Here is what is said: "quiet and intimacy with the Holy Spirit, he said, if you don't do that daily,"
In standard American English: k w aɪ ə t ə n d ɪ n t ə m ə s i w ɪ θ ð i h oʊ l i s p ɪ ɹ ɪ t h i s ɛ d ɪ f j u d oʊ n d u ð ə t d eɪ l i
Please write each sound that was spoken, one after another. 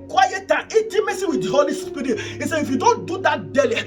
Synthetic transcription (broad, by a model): k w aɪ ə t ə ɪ t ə m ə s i w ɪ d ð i h oʊ l i s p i ɹ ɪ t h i s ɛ ɪ f j u d oʊ n d u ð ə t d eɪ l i